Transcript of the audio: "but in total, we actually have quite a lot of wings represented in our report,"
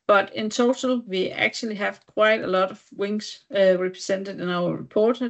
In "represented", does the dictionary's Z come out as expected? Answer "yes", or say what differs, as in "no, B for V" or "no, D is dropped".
no, S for Z